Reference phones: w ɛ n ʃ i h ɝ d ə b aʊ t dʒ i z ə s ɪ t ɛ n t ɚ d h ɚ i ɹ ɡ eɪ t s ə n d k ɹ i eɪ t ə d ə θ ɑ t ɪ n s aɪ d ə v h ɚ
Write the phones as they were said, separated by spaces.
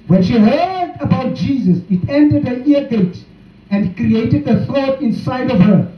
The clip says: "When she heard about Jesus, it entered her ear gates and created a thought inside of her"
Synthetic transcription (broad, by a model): w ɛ n ʃ i h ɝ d ə b aʊ t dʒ i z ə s ɪ t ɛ n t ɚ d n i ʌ ɡ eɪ t ə n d k ɹ i eɪ t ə d ə θ ɑ t ɪ n s aɪ d ə v h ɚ